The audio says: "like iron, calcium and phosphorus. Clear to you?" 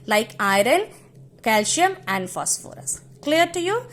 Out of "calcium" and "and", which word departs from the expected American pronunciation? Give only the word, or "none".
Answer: calcium